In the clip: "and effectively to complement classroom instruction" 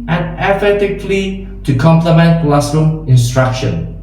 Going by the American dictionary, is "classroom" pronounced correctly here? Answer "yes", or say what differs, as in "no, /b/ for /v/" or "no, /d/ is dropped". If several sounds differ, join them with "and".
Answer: no, /m/ is dropped